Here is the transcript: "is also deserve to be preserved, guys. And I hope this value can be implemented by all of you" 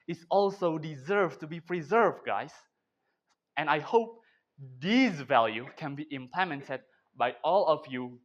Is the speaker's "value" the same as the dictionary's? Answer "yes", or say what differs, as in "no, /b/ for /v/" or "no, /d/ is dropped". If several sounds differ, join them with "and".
yes